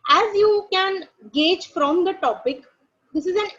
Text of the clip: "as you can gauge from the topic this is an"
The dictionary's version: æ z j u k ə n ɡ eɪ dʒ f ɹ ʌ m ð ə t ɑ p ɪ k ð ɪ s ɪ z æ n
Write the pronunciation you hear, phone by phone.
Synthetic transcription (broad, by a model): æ z j u k ə n ɡ eɪ dʒ f ɹ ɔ m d ə t ɑ p ɪ k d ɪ s ɪ z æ n